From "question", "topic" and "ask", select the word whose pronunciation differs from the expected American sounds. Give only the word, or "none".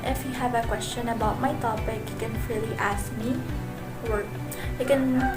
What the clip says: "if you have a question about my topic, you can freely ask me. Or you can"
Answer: topic